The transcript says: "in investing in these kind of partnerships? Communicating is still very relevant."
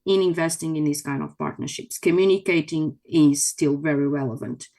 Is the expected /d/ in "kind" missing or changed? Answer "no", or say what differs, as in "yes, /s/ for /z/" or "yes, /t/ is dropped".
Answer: no